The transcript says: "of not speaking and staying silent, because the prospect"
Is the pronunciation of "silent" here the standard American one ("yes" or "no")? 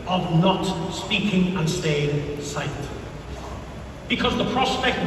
no